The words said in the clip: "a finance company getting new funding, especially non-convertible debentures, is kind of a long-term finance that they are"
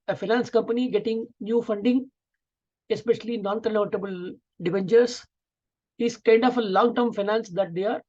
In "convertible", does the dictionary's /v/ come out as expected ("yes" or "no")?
no